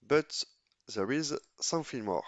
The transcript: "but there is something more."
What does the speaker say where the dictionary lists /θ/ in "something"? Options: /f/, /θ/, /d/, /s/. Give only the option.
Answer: /f/